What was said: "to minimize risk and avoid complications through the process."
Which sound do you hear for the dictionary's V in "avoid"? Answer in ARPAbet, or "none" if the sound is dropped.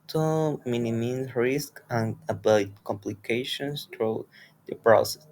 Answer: B